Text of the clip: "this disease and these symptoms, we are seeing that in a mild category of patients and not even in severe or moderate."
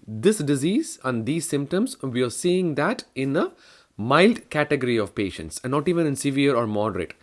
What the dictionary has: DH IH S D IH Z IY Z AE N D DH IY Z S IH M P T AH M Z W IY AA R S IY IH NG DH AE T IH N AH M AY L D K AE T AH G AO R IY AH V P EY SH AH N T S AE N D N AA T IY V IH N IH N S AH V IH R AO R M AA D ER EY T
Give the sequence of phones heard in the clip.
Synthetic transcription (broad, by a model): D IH S D IH Z IY Z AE N D IY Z S IH M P T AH M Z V IY AA R S IY IH NG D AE T IH N AH M AY L D K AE T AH G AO R IY AH V P EY SH AH N T S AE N N AA T IY V IH N IH N S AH V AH R AO R M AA D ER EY T